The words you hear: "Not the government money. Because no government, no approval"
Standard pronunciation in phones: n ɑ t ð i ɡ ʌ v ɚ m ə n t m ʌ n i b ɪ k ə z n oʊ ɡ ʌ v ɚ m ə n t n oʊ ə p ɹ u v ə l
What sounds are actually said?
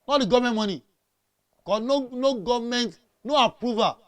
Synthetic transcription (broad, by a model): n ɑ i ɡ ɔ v m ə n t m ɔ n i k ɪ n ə n oʊ ɡ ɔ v m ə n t n oʊ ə p ɹ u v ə